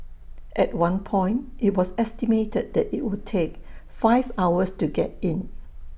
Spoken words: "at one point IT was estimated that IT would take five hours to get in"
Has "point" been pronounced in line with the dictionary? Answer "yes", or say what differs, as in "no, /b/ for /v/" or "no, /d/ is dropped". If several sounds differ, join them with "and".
yes